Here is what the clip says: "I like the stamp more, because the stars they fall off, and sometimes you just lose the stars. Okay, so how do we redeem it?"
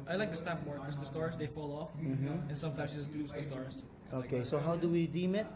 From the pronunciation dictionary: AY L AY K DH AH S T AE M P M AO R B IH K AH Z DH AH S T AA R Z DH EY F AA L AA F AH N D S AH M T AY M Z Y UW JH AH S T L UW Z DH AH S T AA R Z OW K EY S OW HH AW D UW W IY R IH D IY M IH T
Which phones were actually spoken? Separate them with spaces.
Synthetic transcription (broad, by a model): AY L AY K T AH S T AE P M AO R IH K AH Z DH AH S T AA R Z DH EY F AA L AA F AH N S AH M T AY M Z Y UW JH AH S T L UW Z DH AH S T AA R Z OW K EY S OW HH AW D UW W IY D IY M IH T